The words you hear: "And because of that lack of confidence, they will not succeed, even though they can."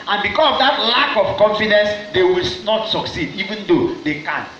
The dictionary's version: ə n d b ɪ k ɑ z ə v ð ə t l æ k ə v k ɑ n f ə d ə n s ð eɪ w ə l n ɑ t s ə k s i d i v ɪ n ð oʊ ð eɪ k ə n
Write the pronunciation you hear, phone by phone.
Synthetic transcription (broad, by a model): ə n b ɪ k ɑ s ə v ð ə t l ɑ k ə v k ɑ n f ə d ə n s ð eɪ w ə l n ɑ t s ə k s i d i v ɪ n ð oʊ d eɪ k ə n